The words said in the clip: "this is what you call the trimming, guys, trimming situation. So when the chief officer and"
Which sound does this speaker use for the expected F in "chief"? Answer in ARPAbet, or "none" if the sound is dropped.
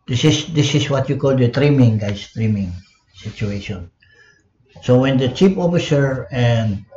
P